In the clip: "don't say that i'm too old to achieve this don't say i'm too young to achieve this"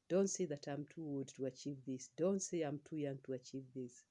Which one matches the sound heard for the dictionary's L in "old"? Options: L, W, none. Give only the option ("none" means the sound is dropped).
none